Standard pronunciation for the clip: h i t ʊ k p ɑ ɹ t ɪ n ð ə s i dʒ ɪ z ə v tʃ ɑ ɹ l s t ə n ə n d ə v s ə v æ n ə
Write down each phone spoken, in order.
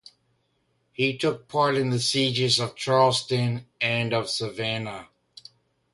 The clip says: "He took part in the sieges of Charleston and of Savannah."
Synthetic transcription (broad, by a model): h i t ʊ k p ɑ ɹ t ɪ n ð ə s i dʒ ɪ z ə v tʃ ɑ ɹ l s t ə n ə n ə v s ə v æ n ə